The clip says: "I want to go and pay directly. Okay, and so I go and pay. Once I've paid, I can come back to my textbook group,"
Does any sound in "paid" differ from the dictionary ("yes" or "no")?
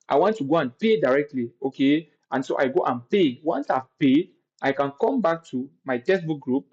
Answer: yes